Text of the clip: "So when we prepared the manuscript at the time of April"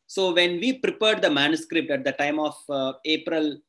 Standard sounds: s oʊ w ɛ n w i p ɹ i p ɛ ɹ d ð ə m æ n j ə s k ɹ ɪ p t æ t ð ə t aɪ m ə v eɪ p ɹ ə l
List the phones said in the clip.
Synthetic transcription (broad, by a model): s oʊ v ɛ n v i p ɹ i p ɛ ɹ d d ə m æ n j ə s k ɹ ɪ p t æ t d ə t aɪ m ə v eɪ p ɹ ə l